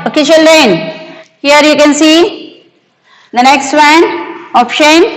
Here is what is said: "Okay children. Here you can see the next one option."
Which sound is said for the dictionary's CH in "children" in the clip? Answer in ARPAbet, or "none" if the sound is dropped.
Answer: SH